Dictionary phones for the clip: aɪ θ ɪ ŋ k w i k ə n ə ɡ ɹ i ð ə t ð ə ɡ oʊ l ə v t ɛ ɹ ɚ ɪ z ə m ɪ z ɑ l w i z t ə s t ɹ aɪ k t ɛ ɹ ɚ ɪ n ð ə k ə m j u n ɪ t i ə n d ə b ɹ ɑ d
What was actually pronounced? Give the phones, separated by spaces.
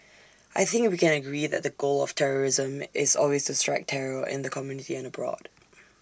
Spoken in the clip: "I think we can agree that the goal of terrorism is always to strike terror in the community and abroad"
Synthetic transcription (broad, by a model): aɪ θ ɪ ŋ k w i k ə n ə ɡ ɹ i ð ə t ð ə ɡ oʊ l ə v t ɛ ɹ ɚ ɪ z ə m ɪ z ɑ l w i z t ə s t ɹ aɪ k t ɛ ɹ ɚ ɪ n ð ə k ə m j u n ɪ t i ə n ə b ɹ ɑ d